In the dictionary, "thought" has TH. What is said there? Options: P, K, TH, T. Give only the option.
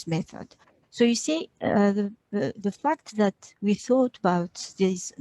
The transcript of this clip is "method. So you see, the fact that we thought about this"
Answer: TH